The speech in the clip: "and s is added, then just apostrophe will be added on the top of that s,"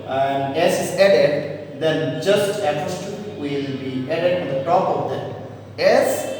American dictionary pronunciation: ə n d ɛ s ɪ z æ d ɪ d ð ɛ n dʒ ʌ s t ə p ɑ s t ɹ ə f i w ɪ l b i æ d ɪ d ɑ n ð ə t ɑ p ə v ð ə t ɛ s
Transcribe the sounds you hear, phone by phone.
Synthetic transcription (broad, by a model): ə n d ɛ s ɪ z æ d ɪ d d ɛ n dʒ ʌ s t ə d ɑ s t ə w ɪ l b i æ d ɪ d ɑ n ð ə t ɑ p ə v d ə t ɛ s